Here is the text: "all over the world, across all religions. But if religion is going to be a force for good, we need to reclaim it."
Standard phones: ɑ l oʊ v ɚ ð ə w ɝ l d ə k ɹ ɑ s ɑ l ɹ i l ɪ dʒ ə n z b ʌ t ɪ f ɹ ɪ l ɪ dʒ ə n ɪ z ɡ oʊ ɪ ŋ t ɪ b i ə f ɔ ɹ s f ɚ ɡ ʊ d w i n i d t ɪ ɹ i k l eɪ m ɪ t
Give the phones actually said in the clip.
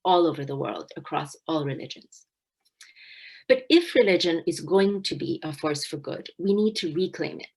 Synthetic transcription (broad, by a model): ɑ l oʊ v ɚ ð ə w ɝ l d ə k ɹ ɑ s ɑ l ɹ i l ɪ dʒ ə n z b ʌ t ɪ f ɹ ɪ l ɪ dʒ ə n ɪ z ɡ oʊ ɪ ŋ t ɪ b i ə f ɔ ɹ s f ɚ ɡ ʊ d w i n i d t ɪ ɹ i k l eɪ m ɪ t